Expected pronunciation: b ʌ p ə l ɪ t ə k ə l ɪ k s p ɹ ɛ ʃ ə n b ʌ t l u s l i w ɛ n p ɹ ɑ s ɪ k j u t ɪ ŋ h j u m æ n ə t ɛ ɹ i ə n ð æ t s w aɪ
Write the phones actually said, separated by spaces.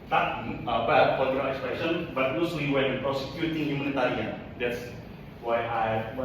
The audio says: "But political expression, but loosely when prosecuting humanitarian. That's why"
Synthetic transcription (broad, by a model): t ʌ b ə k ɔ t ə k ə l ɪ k s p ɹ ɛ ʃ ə n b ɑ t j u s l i w ɛ n p ɹ ɑ s ɪ k j u t ɪ ŋ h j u m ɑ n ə t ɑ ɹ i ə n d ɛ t s w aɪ